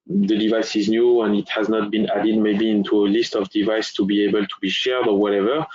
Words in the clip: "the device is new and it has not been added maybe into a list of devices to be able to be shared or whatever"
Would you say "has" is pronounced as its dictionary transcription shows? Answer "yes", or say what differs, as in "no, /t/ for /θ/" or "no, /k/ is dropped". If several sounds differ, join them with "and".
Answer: yes